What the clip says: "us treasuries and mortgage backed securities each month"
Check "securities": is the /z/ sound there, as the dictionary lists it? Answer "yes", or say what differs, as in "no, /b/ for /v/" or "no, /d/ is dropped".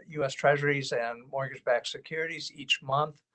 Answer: yes